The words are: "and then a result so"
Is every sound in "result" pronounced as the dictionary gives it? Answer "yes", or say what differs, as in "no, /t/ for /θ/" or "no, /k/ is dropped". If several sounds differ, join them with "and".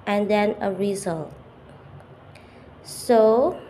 yes